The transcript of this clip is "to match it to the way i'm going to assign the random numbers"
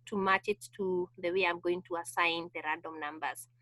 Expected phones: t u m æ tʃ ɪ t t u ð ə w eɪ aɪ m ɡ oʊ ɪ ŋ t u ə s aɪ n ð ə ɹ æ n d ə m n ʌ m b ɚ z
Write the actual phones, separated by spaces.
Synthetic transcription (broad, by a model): t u m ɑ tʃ ɪ t t u ð ə w eɪ aɪ m ɡ oʊ ɪ ŋ t u ə s aɪ n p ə ɹ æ d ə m n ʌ m b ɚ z